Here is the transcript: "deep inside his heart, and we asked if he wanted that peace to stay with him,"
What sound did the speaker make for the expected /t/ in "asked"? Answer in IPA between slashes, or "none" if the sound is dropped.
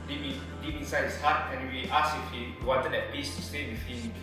none